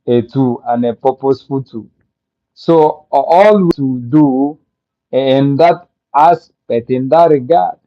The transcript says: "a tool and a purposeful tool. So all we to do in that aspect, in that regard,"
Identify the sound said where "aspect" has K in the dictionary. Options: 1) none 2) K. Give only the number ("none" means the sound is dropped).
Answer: 1